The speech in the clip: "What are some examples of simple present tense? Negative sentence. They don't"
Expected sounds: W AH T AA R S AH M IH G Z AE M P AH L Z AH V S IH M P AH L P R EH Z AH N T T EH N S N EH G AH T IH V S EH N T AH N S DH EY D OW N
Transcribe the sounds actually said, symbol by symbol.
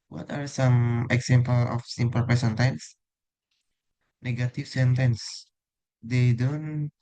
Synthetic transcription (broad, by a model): W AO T AA R S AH M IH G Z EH M P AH L AH F S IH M P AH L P EH S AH N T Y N S N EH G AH T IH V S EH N T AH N S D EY D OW N